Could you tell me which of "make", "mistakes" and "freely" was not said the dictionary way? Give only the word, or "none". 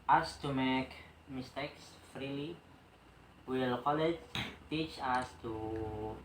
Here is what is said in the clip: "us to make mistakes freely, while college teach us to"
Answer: none